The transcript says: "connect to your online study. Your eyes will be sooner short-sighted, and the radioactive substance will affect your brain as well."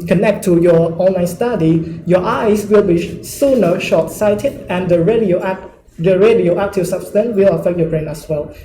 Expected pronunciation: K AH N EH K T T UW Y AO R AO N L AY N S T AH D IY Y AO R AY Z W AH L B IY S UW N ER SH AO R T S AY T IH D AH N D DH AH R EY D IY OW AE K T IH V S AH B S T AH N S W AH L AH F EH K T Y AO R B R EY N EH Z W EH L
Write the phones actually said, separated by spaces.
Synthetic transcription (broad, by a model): K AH N EH K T T UW Y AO AO N L AY N S T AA D IY Y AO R AY S W AH L B IY S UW N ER SH AO T S AY T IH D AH N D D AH R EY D IY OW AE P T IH S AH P S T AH N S W AH L AH F EH K T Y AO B R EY N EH S W EH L